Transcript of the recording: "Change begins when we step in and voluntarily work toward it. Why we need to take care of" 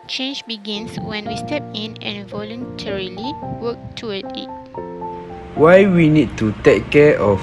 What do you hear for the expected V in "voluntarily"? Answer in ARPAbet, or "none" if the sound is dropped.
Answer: V